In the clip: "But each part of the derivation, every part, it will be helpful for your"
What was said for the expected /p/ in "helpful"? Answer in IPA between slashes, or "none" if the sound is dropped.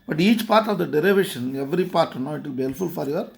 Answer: none